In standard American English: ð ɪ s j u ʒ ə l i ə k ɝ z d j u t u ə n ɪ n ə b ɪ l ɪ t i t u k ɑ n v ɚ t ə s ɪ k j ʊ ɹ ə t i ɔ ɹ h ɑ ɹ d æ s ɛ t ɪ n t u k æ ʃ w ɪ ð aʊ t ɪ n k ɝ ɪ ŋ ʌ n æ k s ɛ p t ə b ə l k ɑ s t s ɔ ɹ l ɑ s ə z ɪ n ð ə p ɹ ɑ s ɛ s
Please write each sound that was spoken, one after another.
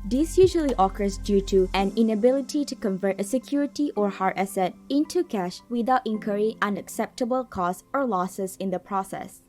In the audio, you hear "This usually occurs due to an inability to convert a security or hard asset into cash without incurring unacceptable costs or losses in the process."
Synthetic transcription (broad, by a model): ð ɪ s j u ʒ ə l i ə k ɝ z d j u t u ə n ɪ n ə b ɪ l ɪ t i t u k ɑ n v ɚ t ə s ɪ k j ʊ ɹ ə t i ɔ ɹ h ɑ ɹ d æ s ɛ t ɪ n t u k æ ʃ w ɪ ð aʊ t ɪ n k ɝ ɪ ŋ ʌ n æ k s ɛ p t ə b ə l k ɑ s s ɔ ɹ l ɑ s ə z ɪ n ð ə p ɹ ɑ s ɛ s